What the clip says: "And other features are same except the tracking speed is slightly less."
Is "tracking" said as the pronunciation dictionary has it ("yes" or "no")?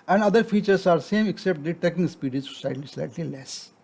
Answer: no